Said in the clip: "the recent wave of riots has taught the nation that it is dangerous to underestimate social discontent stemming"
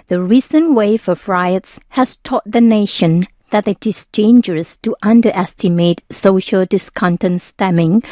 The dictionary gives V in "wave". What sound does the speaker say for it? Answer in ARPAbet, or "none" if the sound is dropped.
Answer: F